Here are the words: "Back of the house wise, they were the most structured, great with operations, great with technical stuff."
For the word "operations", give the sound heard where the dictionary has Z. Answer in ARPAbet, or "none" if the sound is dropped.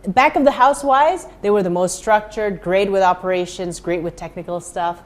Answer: Z